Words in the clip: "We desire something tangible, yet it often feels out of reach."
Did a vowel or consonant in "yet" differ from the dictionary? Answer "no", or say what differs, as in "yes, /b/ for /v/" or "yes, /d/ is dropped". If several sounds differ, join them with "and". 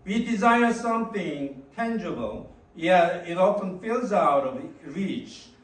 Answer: yes, /t/ is dropped